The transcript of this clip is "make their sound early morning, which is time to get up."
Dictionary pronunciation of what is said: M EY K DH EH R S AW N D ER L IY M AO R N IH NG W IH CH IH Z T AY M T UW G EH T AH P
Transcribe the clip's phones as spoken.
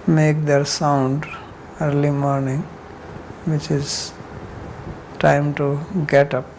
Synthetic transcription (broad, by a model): M EY K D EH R S AW N D ER L IY M AO R N IH NG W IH CH IH Z T AY M T UW G EH T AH P